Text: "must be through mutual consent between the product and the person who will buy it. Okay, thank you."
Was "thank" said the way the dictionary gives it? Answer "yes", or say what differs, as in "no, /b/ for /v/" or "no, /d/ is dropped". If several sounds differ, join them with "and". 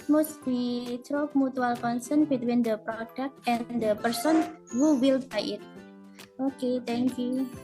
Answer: no, /t/ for /θ/